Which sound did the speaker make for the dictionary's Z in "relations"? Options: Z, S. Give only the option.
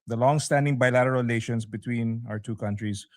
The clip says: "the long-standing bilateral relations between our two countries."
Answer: S